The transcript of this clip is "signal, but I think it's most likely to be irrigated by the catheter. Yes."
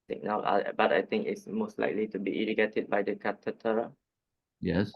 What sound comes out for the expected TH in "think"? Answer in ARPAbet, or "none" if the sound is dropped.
T